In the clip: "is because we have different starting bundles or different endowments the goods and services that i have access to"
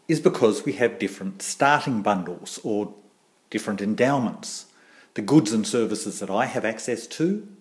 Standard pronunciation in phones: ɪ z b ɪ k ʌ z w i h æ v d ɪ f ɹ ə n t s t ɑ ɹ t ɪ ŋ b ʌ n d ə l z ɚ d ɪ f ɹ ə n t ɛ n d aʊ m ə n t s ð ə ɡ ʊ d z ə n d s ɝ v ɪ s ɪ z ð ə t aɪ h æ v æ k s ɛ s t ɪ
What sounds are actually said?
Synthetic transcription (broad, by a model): ɪ z b ɪ k ʌ z w i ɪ v d ɪ f ɹ ə n t s t ɑ ɹ t ɪ ŋ b ʌ n d l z ɚ d ɪ f ɹ ə n t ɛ n d aʊ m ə n t s ð ə ɡ ʊ d z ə n s ɝ v ɪ s ɪ z ð ə t aɪ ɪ v æ k s ɛ s t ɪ